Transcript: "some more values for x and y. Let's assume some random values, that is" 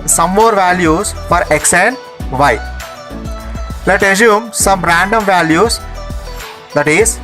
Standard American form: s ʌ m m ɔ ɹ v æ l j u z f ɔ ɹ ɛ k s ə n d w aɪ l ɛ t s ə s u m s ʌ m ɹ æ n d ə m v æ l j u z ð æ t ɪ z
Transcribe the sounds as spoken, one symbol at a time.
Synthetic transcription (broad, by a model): s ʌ m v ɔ ɹ v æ l j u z f ɔ ɹ ɛ k s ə n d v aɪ l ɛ t ə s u m s ʌ m ɹ æ n d ə m v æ l j u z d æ t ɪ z